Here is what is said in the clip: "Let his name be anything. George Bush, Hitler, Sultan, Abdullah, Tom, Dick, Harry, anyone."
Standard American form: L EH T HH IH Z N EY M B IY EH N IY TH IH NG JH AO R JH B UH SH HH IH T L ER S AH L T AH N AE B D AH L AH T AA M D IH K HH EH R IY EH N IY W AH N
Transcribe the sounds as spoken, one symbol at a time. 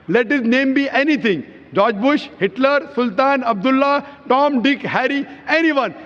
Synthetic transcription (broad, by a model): L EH T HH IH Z N EY M B IY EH N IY T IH NG JH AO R JH B UH SH HH IH T L ER S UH L T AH N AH B D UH L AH T AA M D IH K HH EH R IY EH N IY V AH N